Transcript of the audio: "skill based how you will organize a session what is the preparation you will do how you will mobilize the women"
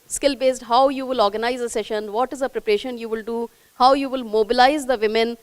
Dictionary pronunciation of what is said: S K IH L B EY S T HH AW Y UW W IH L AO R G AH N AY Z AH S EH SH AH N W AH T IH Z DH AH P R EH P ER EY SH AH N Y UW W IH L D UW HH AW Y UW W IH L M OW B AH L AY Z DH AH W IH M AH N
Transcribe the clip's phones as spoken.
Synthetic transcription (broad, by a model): S K IH L B EY S T HH AW Y UW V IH L AO R G AH N AY Z AH S EH SH AH N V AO T IH Z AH P R EH P ER EY SH AH N Y UW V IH L D UW HH AW Y UW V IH L M OW B AH L AY Z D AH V IH M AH N